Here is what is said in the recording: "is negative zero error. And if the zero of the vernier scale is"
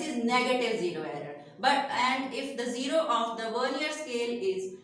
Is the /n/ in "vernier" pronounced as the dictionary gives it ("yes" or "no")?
no